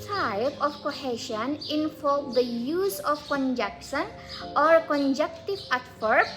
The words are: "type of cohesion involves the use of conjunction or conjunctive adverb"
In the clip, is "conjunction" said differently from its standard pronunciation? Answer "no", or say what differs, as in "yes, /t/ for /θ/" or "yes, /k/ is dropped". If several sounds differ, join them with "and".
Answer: yes, /ŋ/ is dropped